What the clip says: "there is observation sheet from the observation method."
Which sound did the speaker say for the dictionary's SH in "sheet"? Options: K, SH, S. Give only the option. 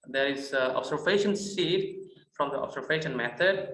S